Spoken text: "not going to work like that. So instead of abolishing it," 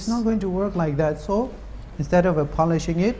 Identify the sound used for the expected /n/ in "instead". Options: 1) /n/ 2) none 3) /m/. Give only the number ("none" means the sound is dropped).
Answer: 1